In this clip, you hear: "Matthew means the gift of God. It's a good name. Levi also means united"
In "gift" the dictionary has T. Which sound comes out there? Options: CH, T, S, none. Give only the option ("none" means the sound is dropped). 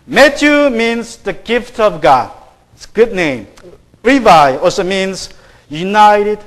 T